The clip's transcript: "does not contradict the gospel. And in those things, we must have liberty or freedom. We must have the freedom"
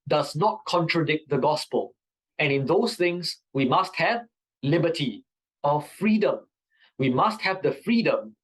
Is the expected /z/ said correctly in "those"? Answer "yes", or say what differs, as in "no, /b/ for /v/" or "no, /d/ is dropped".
no, /s/ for /z/